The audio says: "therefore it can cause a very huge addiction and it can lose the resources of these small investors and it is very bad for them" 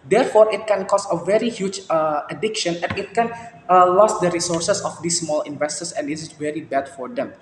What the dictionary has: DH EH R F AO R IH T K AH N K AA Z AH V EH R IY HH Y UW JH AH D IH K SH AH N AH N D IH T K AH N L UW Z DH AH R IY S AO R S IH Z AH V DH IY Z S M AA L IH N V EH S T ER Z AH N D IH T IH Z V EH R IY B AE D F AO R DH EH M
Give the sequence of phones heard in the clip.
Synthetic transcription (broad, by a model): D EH R F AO R IH T K AH N K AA S AH V EH R IY HH Y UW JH AH D IH K SH AH N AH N IH T K AH N L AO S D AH R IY S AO R S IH S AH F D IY S M AA L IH N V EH S T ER S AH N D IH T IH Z V EH R IY B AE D F AO R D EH M